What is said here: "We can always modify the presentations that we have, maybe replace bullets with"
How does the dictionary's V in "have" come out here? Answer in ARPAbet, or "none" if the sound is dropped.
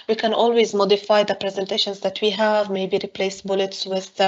V